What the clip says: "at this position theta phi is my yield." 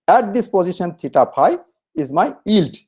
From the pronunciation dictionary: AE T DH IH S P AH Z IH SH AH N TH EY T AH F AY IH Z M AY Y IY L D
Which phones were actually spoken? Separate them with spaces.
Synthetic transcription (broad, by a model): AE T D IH S P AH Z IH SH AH N T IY T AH P AY IH Z M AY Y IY L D